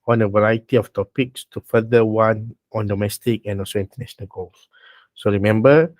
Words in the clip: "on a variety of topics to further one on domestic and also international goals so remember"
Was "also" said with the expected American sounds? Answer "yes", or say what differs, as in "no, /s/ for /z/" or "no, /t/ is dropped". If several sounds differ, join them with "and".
yes